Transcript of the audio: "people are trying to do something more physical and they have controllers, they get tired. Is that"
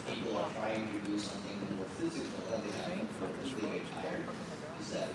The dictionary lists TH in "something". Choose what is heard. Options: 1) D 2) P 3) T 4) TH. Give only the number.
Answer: 4